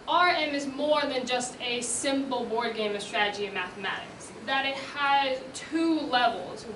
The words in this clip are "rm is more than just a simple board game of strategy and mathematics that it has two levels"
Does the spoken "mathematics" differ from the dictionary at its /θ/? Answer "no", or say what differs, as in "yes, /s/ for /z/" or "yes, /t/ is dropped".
no